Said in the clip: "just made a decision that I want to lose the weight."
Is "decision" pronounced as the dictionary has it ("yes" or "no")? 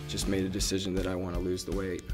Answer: yes